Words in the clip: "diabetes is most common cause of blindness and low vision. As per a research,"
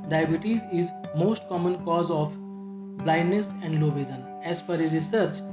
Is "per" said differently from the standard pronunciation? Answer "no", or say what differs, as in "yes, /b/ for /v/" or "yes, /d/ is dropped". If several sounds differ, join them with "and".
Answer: yes, /f/ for /p/